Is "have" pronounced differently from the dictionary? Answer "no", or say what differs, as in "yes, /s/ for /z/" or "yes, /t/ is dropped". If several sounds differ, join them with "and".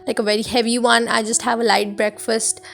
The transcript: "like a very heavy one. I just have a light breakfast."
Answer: no